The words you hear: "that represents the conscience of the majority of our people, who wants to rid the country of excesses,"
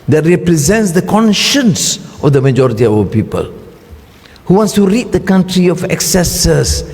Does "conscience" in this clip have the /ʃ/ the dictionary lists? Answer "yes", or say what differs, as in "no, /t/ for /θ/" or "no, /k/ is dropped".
yes